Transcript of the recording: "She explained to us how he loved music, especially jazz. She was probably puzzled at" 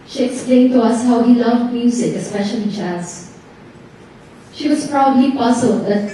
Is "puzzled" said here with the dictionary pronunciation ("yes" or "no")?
no